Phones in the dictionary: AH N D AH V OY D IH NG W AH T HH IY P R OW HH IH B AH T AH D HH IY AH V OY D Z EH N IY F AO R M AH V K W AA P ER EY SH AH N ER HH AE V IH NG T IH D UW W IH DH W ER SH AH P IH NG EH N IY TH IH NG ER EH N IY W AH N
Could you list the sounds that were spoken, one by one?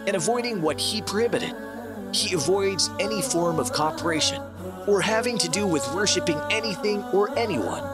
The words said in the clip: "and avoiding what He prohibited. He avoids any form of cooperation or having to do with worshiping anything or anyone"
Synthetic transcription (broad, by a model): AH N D AH V OY D IH NG W AH T HH IY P R HH IH B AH T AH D HH IY AH V OY D Z EH N IY F AO R M AH V K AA P ER EY SH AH N ER HH AE V IH NG T IH D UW W IH DH W ER SH AH P IH NG EH N IY TH IH NG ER EH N IY W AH N